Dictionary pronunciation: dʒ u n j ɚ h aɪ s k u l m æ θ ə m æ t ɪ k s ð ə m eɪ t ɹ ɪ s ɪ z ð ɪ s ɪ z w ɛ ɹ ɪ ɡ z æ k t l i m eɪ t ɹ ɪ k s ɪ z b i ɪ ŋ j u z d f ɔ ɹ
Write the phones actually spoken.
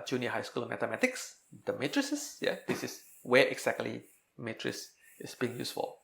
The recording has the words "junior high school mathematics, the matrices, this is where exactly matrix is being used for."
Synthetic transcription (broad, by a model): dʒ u n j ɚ h aɪ s k u l m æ t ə m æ t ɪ k s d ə m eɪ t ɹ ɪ s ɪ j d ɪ s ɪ s w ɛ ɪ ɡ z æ k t l i m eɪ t ɹ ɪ s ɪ s b i ɪ ŋ j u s f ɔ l